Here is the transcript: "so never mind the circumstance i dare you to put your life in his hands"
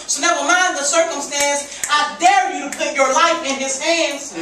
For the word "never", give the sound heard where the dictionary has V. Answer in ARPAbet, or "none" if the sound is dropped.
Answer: W